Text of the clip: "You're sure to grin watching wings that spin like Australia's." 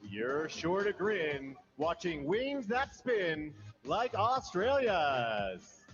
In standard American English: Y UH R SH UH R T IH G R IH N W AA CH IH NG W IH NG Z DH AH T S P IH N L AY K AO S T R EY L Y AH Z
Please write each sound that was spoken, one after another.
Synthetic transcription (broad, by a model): Y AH R SH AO R T IH G R IH N W AA CH IH NG W IH NG Z DH AH T S P IH N L AY K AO S T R EY L Y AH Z